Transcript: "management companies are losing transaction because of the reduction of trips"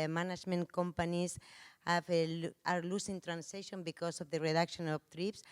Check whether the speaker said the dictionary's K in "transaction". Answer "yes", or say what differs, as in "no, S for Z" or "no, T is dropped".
no, K is dropped